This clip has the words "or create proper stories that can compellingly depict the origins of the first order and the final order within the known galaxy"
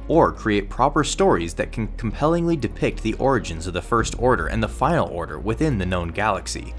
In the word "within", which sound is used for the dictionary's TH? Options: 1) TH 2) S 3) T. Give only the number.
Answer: 1